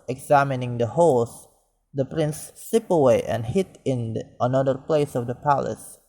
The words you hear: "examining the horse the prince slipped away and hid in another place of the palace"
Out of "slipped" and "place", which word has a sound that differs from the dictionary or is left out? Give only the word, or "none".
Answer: slipped